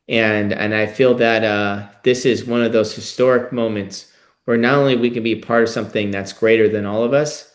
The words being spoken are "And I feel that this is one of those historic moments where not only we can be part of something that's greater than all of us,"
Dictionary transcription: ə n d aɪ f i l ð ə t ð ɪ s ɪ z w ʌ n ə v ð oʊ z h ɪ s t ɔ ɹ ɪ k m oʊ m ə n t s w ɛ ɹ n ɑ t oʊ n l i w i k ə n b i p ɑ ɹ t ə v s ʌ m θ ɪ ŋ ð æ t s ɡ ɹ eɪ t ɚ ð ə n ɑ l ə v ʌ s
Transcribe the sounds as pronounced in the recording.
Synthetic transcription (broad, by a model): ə n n aɪ f i l ð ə t ð ɪ s ɪ z w ʌ n ə v ð oʊ z h ɪ s t ɔ ɹ ɪ k m oʊ m ə n t s w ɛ ɹ n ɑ t oʊ n l i w i k ə n b i p ɑ ɹ t ə v s ʌ m θ ɪ ŋ ð æ t s ɡ ɹ eɪ t ɚ ð ə n ɑ l ə v ʌ s